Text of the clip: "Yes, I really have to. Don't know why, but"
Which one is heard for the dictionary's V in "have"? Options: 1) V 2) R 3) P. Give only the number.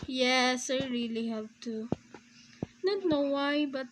3